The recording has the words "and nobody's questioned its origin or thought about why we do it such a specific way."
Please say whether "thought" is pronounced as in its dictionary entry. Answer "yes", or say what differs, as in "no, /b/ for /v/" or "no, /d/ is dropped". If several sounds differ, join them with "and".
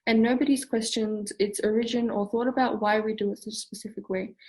yes